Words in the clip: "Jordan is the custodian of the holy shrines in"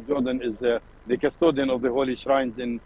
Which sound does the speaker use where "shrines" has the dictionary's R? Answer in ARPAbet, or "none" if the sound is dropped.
R